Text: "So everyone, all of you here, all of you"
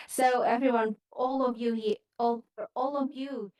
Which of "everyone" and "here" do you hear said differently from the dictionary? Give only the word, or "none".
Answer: here